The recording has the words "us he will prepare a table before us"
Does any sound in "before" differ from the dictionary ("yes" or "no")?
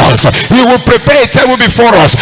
no